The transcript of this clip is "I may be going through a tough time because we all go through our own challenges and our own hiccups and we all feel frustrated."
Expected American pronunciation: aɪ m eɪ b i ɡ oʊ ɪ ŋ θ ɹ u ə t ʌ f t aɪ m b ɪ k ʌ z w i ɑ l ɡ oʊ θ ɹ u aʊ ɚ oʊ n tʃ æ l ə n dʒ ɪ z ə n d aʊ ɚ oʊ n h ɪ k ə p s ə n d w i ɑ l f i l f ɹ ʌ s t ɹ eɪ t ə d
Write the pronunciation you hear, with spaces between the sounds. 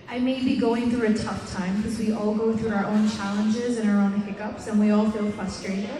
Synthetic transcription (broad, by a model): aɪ m eɪ b i ɡ oʊ ɪ ŋ θ ɹ u ə t ʌ f t aɪ m k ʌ z w i ɑ l ɡ oʊ θ ɹ u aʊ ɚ oʊ n tʃ æ l ə n dʒ ɪ z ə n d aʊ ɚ oʊ n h ɪ k ə p s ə n w i ɑ l f i l f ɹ ʌ s t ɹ eɪ t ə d